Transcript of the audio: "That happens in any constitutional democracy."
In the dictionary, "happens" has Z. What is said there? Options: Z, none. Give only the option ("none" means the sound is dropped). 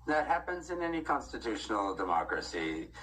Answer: Z